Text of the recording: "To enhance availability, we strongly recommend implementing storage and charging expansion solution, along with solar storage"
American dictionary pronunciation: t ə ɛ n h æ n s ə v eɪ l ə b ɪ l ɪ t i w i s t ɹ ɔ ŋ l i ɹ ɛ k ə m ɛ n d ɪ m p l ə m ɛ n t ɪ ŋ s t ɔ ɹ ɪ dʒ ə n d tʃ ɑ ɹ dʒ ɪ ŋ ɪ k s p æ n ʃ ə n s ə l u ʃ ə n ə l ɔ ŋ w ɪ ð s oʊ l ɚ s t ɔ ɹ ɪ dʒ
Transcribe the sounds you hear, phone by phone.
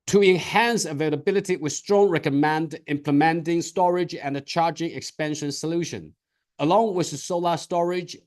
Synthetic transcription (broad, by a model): t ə ɛ n h æ n s ə v eɪ l ə b ɪ l ɪ t i w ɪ s t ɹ ɔ ŋ ɹ ɛ k ə m ɛ n d ɪ m p l ə m ɛ n t ɪ ŋ s t ɔ ɹ ɪ dʒ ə n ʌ tʃ ɑ ɹ dʒ ɪ ŋ ɪ k s p æ n ʃ ə n s ə l u ʃ ə n ə l ɔ ŋ w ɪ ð s oʊ l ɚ s t ɔ ɹ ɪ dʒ